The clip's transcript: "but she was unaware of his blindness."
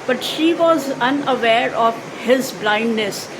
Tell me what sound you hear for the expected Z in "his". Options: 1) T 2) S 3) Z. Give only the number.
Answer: 3